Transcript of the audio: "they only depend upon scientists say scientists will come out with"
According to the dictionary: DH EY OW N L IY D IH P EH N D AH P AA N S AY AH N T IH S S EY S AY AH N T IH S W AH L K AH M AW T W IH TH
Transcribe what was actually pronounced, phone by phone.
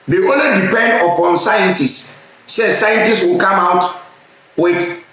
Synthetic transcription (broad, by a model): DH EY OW L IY D IH P EH N D AH P AA N S AY AH N T IH S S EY S AY AH N T IH S W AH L K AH M AW T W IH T